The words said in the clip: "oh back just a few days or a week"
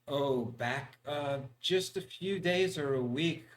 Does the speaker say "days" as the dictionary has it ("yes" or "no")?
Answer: yes